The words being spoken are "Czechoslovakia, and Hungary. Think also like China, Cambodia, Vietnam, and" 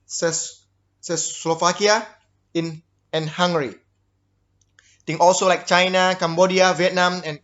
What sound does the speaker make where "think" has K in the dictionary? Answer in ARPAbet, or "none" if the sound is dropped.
none